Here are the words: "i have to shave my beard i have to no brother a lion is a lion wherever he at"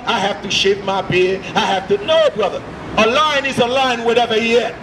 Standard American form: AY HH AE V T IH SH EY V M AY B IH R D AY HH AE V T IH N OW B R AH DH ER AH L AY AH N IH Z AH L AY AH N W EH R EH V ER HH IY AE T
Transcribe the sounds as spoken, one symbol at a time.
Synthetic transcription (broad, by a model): AY HH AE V T IH SH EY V M AY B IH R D AY HH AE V T IH N OW B R AH DH ER AH L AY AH N IH Z AH L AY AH N W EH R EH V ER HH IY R